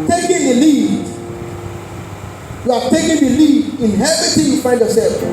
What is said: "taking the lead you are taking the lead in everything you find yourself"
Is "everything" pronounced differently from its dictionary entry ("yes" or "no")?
yes